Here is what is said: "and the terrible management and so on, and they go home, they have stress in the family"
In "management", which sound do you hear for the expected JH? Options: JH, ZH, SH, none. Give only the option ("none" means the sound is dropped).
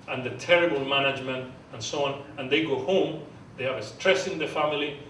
JH